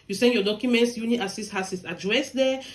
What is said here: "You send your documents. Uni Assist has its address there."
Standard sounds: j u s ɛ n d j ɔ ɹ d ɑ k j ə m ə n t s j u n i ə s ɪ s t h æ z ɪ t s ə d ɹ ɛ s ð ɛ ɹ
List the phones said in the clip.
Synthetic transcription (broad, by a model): j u s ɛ n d j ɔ d ɑ k j ə m ə n t s j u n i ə s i s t h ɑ s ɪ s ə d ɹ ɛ s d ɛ